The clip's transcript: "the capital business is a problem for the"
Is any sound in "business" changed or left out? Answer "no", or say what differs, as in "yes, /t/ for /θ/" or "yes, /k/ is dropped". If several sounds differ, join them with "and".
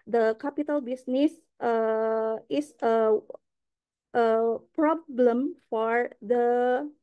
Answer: yes, /s/ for /z/